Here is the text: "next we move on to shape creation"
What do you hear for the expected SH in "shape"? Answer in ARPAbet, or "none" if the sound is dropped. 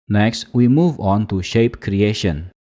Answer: SH